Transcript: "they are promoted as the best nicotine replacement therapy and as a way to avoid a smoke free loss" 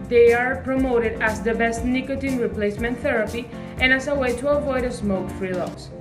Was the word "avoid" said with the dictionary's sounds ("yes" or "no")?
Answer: yes